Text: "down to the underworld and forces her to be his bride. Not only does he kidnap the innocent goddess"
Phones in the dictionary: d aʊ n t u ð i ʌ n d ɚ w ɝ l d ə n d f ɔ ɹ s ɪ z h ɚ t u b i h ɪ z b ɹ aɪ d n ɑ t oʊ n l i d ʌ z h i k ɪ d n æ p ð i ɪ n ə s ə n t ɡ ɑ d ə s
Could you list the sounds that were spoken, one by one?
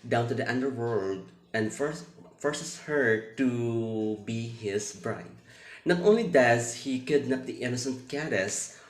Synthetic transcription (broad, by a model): d aʊ n t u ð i ʌ n d ɚ w ɝ l d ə n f f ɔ ɹ s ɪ s h ɚ t u b i h ɪ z b ɹ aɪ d n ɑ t oʊ n l i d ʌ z h i k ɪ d n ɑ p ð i ɪ n ə s ə n t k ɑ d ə s